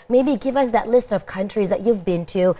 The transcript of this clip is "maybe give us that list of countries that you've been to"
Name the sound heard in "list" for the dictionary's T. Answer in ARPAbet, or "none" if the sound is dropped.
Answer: T